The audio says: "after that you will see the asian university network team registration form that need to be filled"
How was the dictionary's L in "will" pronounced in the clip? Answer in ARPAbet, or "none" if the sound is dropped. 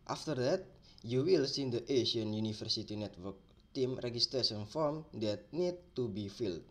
L